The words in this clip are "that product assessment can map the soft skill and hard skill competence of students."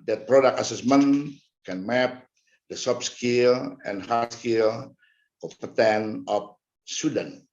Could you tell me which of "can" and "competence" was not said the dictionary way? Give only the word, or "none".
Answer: competence